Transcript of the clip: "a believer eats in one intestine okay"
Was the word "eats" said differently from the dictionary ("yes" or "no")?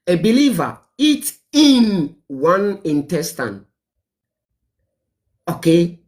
yes